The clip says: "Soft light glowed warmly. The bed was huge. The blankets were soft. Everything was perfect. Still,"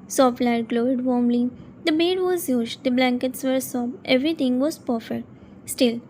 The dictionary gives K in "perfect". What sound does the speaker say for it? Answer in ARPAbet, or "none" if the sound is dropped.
none